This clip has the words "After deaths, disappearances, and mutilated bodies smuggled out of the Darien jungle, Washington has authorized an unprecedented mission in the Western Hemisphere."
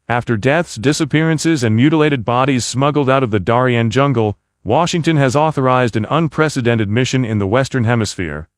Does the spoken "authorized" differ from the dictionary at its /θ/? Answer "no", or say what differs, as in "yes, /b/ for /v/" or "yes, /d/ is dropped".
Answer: no